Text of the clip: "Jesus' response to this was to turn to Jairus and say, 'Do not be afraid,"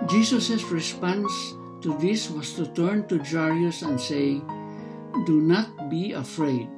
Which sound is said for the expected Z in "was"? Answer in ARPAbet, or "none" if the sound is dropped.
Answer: S